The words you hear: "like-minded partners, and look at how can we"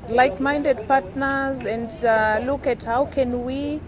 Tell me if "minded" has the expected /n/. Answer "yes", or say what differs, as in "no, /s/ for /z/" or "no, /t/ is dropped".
yes